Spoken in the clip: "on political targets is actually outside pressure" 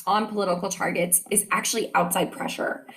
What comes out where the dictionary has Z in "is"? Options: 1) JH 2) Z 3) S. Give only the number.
2